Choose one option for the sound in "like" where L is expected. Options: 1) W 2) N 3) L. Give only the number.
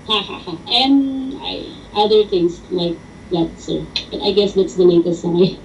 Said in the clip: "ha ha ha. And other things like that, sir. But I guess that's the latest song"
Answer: 3